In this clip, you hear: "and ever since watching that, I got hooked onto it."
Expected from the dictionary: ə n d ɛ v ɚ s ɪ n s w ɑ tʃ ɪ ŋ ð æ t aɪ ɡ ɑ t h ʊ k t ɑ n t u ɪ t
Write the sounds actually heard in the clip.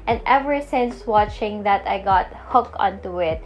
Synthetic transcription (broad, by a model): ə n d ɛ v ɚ s ɪ n s w ɑ tʃ ɪ ŋ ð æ t aɪ ɡ ɑ t h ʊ k ɑ n t u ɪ t